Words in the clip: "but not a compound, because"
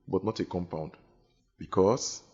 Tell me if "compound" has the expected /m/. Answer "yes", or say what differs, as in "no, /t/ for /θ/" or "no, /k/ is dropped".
yes